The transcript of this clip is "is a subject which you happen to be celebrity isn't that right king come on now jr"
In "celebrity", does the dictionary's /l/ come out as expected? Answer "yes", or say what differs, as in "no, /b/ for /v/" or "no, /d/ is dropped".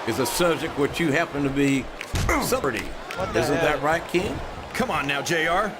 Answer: no, /l/ is dropped